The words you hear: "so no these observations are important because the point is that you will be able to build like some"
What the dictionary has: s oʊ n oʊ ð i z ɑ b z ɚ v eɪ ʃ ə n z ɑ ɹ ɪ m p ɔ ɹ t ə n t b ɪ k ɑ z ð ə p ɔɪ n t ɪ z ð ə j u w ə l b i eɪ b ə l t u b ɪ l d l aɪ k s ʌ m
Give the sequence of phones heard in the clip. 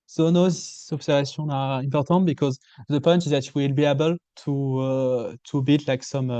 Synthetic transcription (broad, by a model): s oʊ n oʊ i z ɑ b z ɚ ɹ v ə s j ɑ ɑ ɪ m p ɔ ɹ t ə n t b ɪ k ɑ z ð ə p ɔɪ n t ɪ z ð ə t w ə l b i eɪ b ə l t u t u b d l aɪ k s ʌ m